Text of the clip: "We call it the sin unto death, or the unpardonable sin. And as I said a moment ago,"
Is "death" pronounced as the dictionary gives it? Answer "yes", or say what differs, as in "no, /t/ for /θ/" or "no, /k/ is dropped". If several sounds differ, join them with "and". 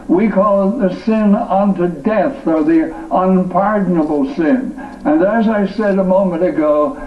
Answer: yes